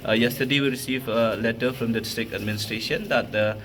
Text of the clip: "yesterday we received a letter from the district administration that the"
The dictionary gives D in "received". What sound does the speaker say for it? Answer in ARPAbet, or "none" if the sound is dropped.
none